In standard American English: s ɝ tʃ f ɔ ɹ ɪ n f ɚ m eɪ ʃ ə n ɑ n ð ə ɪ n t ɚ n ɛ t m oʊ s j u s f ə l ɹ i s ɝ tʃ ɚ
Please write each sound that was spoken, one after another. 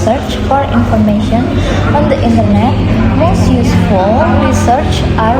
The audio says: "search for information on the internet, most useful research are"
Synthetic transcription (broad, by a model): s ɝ tʃ f ɔ ɹ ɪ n f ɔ m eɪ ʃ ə n ɑ n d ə ɪ n t ɚ n ɛ t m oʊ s j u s f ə l ɹ i s ɝ tʃ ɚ